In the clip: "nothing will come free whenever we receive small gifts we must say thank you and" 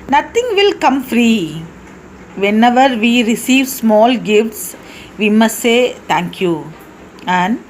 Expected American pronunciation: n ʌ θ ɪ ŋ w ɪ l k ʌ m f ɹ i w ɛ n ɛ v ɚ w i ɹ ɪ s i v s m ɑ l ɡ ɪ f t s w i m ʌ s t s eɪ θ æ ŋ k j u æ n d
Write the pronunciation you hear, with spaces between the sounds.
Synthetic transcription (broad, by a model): n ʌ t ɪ ŋ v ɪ l k ʌ m f ɹ i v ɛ n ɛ v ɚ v i ɹ ɪ s i v s m ɑ l ɡ ɪ f t s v i m ʌ s t s eɪ t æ ŋ k j u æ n d